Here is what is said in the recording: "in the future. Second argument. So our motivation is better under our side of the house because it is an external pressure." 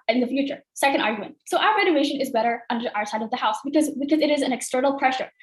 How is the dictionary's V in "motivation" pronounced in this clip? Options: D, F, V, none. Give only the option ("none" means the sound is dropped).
none